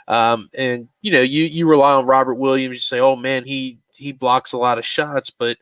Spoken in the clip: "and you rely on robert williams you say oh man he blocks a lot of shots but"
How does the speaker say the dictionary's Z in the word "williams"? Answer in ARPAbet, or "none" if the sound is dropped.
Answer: Z